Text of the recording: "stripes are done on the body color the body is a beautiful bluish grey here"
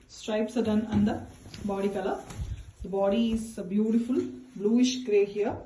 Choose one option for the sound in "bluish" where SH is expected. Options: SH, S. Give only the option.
SH